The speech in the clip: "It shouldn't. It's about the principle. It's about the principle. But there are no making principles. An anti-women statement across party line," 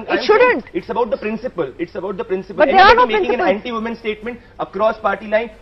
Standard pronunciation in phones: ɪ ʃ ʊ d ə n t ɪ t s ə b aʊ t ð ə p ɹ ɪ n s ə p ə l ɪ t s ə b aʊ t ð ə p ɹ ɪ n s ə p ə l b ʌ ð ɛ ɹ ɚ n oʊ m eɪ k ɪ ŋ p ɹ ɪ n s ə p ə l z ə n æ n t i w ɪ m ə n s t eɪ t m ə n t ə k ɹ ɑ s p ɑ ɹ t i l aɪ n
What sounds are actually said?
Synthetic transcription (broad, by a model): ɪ ʃ ʊ d ə n t ɪ t s ə b aʊ t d ə p ɹ ɪ n s ə p ə l ɪ t s ə b aʊ t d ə p ɹ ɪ n s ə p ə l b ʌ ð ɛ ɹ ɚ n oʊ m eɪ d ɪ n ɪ s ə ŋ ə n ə l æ n t i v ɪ m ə n s t eɪ t m ə n t ə k ɹ ɑ s p ɑ ɹ t i l aɪ n